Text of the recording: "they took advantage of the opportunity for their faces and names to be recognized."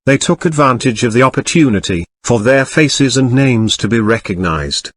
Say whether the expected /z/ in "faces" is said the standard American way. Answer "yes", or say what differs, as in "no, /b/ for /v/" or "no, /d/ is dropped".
yes